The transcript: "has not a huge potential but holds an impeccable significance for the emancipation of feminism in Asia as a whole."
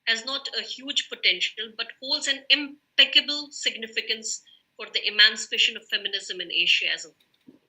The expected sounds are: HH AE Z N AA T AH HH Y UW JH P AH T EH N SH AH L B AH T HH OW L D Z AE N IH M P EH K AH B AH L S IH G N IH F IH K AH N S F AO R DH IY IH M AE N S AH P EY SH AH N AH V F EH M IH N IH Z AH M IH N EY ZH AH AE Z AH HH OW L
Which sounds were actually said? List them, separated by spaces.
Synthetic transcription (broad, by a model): HH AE Z N AA T AH HH Y UW JH P AH T EH N SH AH L B AH T HH OW L D Z AE N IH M P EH K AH B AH L S IH G N IH F IH K AH N S F AO R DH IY IH M AE N S AH P EY SH AH N AH V F EH M IH N IH Z AH M IH N EY SH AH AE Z AH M